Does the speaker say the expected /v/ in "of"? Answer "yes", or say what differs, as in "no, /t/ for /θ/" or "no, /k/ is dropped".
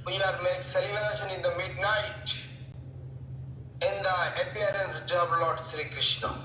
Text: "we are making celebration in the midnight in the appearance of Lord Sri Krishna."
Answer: no, /b/ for /v/